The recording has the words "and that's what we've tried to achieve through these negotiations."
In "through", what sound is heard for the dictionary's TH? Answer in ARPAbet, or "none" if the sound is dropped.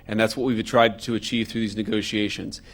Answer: TH